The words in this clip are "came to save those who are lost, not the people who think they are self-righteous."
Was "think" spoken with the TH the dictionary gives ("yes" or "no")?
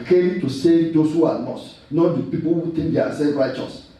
no